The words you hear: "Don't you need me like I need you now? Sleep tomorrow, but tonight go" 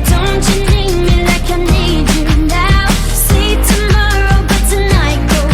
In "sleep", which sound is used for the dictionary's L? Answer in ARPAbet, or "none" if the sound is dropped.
none